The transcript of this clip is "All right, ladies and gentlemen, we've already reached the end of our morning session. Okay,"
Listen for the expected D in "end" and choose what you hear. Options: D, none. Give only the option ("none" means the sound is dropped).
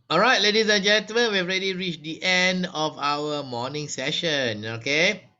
D